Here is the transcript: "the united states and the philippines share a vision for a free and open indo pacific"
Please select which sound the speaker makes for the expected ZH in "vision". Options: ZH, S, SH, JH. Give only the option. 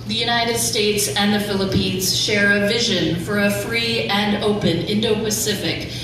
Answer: ZH